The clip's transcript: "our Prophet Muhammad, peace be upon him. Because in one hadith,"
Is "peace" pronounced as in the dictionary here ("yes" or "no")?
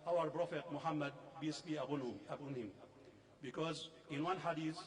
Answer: no